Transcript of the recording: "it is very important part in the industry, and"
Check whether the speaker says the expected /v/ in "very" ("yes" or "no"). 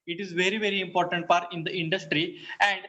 yes